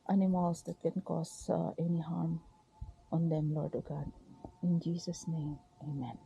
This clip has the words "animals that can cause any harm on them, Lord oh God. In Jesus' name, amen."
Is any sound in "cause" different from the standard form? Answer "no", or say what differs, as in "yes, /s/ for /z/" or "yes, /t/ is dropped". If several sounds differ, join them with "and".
yes, /s/ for /z/